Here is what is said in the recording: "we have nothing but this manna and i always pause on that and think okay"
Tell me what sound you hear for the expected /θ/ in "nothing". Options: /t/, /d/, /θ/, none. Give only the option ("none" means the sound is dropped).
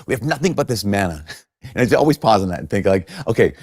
/θ/